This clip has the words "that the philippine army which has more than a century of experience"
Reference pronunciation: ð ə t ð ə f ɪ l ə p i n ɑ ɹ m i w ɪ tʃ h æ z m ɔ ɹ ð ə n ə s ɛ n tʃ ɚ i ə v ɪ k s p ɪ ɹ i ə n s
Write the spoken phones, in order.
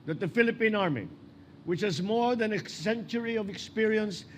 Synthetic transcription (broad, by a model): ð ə t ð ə f ɪ l ə p i n ɑ ɹ m i w ɪ tʃ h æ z m ɔ ɹ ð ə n ə s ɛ n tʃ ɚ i ə v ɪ k s p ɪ ɹ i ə n s